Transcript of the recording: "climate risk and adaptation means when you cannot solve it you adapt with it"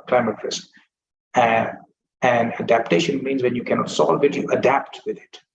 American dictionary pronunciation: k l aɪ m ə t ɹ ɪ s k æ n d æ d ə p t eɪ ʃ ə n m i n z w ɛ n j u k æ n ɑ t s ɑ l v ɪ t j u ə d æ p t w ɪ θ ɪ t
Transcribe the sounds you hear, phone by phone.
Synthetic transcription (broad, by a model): k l aɪ m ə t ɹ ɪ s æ æ n d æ d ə p t eɪ ʃ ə n m i n z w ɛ n j u k æ n ɑ t s ɑ l v ɪ t j u ə d æ p t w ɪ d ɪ t